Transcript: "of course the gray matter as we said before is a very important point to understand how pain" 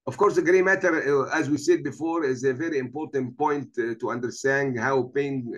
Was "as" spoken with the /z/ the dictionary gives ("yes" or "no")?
yes